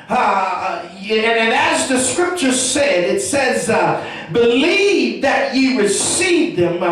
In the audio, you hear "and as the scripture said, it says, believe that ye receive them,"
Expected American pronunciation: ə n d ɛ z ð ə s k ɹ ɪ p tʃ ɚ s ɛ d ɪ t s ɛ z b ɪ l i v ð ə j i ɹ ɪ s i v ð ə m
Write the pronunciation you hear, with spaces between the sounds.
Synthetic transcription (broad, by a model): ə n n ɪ z ð ə s k ɹ ɪ p tʃ ɚ s ɛ d ɪ t s ɛ z b ɪ l i v ð ə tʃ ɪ ɹ ɪ s i v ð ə m